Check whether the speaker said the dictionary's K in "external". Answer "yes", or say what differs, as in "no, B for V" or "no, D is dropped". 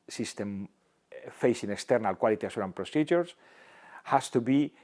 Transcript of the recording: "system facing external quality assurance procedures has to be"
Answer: yes